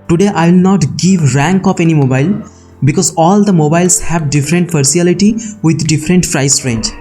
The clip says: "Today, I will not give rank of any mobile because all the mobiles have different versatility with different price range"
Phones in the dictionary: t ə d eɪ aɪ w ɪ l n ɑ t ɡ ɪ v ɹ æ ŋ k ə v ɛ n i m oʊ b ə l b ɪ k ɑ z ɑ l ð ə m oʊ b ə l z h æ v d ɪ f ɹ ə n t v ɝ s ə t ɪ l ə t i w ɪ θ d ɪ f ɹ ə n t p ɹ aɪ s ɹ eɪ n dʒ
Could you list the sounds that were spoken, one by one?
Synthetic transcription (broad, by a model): t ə d eɪ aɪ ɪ l n ɑ t ɡ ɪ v ɹ æ ŋ k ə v ɛ n i m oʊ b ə l b ɪ k ɑ z ɑ l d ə m oʊ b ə l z h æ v d ɪ f ɹ ə n t f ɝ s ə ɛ l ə t i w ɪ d d ɪ f ɹ ə n t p ɹ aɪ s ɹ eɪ n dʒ